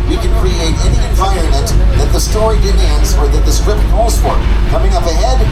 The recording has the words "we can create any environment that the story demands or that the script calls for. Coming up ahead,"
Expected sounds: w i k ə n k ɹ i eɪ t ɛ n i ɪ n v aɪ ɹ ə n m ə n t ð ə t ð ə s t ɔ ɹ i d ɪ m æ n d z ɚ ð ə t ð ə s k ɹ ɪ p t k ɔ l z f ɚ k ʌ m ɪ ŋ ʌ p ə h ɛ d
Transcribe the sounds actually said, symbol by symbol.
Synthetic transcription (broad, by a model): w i k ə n k ɹ i eɪ t ɛ n i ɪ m v aɪ ə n m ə n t ð ə t ð ə s t ɔ ɹ i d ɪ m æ n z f ɚ ð ə t ð ə s k ɹ ɪ p t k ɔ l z f ɚ k ʌ m ɪ ŋ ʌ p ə h ɛ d